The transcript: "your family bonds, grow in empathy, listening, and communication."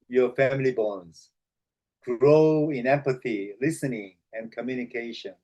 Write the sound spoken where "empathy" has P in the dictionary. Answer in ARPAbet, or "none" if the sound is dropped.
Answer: P